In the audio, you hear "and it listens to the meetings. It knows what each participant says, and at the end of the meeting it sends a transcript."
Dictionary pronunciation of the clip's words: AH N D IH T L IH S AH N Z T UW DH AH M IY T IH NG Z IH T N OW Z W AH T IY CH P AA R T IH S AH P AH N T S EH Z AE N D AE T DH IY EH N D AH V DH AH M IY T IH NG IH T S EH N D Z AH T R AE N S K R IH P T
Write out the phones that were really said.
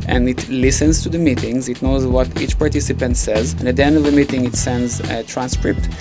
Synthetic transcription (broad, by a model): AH N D IH T L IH S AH N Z T UW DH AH M IY T IH NG Z IH T N OW Z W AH T IY CH P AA R T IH S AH P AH N T S EH Z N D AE T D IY EH N D AH V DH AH M IY T IH NG IH T S EH N D Z T R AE N S K R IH P T